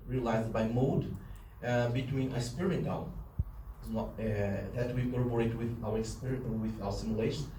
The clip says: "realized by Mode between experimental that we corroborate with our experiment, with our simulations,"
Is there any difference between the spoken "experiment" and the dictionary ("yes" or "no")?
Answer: yes